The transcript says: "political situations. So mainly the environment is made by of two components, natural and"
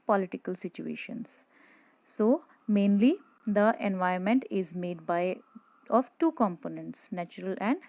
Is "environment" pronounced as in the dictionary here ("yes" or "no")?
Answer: no